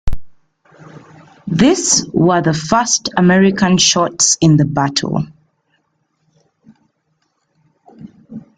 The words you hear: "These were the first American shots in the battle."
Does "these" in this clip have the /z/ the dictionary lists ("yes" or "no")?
no